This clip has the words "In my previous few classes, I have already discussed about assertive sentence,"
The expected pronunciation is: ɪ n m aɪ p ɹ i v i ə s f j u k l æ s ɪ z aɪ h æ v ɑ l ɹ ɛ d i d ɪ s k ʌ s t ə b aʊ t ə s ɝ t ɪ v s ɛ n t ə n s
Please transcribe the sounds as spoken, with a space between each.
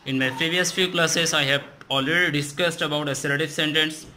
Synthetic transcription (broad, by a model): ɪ n m aɪ p ɹ i v i ə s f j u k l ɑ s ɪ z aɪ h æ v ɑ l ɹ ɛ d i d ɪ s k ʌ s t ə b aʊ t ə s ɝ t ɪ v s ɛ n t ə n s